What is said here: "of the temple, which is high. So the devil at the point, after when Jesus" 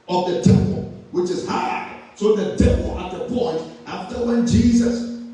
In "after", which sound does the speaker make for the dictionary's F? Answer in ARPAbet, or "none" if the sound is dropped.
F